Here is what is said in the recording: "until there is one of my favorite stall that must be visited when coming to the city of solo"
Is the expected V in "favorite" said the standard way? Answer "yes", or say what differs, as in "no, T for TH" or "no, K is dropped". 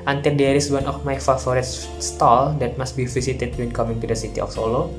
no, F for V